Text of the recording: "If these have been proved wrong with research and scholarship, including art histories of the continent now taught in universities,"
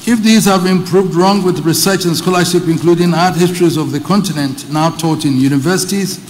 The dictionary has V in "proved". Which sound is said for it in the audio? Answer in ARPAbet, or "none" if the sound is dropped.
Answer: V